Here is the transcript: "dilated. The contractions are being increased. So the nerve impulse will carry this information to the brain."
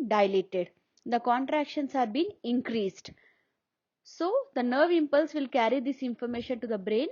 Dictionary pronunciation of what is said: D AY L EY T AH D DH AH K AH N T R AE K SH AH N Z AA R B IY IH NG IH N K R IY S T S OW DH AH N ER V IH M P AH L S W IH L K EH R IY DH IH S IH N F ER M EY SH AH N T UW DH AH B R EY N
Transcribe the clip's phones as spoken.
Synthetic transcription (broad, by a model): D AY L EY T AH D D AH K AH N T R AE K SH AH N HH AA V B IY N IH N K R IY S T S OW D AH N ER V IH M P AH L S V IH L K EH R IY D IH S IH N F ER M EY SH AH N T UW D AH B R EY N